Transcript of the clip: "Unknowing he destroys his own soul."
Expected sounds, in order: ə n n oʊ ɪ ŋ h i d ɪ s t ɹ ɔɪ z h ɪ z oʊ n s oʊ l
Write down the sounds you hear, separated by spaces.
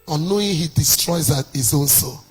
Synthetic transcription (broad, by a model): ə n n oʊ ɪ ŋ h i d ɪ s t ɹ ɔɪ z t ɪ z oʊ l s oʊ